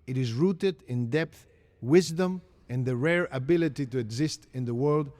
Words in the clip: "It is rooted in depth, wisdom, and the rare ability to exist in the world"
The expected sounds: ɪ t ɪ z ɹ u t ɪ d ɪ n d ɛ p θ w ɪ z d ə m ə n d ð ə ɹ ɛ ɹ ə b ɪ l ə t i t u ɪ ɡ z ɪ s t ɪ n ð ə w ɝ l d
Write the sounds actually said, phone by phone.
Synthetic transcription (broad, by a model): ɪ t ɪ z ɹ u t ɪ d ɪ n d ɛ p θ w ɪ z d ə m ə n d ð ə ɹ ɛ ɹ ə b ɪ l ə t i t u ɪ ɡ z ɪ s t ɪ n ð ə w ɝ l d